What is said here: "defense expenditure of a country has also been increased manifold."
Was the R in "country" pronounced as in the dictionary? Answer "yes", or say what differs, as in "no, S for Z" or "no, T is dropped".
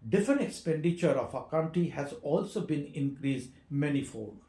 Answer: no, R is dropped